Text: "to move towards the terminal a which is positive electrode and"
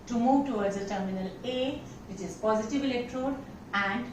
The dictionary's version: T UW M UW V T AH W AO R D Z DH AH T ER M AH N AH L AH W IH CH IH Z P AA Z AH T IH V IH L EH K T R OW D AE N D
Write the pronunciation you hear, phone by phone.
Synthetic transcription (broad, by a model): T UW M UW V T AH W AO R D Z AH T ER M AH N AH L AH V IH CH IH Z P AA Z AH T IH V IH L EH K T R OW D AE N D